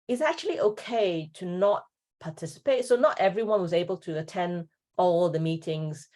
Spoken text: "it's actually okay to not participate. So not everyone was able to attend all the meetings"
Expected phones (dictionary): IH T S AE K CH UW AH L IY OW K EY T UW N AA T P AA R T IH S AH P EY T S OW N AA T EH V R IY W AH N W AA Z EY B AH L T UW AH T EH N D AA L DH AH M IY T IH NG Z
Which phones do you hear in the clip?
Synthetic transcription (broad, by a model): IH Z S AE K CH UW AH L IY OW K EY T UW N AA T P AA T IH S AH P EY T S OW N AA T EH V R IY W AH N W AA Z EY B AH L T UW AH T EH N D AA L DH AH M IY T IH NG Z